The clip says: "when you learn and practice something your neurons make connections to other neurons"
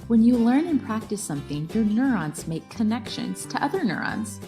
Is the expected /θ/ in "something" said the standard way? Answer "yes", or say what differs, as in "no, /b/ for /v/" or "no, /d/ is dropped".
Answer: yes